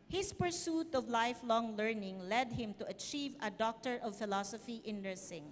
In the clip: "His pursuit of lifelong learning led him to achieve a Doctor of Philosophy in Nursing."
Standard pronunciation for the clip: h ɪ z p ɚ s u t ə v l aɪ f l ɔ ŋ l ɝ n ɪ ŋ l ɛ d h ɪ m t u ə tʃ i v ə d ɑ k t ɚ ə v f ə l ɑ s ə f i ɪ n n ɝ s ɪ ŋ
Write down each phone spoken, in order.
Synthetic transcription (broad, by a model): h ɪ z p ɚ s u t ə v l aɪ f l ɔ ŋ l ɝ n ɪ ŋ l ɛ d h ɪ m t u ə tʃ i v ə d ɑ k t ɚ ə v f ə l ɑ s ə f i ɪ n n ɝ s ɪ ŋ